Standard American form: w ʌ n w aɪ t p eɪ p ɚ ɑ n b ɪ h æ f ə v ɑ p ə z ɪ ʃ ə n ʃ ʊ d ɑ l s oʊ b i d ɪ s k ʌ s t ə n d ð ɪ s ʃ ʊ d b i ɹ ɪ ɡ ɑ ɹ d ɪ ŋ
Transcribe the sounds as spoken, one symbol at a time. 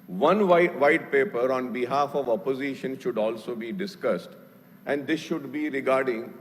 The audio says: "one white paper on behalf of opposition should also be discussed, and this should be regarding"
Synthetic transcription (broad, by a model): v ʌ n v aɪ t p eɪ p ɚ ɑ n b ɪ h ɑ f ə v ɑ p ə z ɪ ʃ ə n ʃ ʊ d ɑ l s oʊ b i d ɪ s k ʌ s t ə n d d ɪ s ʃ ʊ d b i ɹ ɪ ɡ ɑ ɹ d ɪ ŋ